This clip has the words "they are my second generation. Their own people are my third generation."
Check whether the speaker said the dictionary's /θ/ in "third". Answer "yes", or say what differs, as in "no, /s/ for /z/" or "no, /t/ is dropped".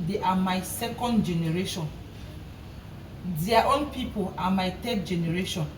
no, /t/ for /θ/